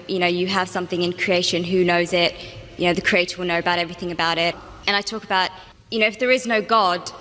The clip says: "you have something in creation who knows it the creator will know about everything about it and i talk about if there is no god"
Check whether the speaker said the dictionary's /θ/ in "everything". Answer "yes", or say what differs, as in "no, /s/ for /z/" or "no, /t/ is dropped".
yes